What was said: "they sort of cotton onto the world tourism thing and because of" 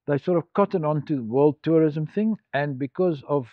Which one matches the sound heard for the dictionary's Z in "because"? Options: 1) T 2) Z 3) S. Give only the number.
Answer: 2